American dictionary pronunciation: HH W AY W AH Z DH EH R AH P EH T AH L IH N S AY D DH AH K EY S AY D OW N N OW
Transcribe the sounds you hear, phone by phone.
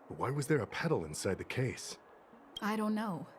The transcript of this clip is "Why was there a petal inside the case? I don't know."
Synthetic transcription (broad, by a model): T W AY W AH Z DH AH R AH P EH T L IH N S AY D DH AH K EY S AY D OW N N OW